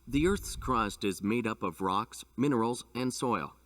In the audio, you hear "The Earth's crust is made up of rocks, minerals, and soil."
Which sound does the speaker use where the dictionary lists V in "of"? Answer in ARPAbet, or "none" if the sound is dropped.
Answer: V